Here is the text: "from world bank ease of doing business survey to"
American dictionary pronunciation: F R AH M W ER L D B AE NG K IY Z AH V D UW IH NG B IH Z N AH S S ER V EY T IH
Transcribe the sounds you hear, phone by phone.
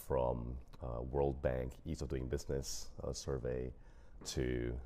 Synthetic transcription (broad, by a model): F R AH M W ER L D B AE NG K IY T AH V D UW IH NG B IH Z N AH S S ER V EY T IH